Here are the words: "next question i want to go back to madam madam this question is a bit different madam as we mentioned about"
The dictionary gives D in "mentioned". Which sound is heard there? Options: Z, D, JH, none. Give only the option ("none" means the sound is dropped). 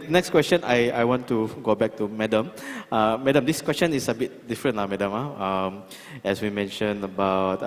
none